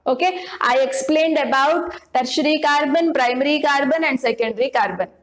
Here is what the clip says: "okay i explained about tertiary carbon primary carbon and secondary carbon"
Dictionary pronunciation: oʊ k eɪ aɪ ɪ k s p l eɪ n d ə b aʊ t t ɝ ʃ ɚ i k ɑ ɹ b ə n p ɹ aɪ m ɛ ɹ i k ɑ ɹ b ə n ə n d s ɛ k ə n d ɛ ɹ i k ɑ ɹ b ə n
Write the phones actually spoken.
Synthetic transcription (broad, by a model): oʊ k eɪ aɪ ɪ k s p l eɪ n d ə b aʊ t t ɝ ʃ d i k ɑ ɹ b ə n p ɹ aɪ m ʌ ɹ i k ɑ ɹ b ə n ə n d s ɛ k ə n d ɹ i k ɑ ɹ b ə n